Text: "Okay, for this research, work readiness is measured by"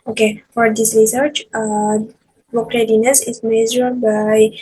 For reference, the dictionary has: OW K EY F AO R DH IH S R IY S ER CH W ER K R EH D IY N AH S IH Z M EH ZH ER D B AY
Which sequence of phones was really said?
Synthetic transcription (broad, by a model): OW K EY F AO R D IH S R IY S ER CH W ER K R EH D IY N AH S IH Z M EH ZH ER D B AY